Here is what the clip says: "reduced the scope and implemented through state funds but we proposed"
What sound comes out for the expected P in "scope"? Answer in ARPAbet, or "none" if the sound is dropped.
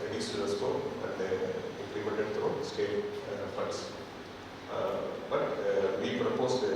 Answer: none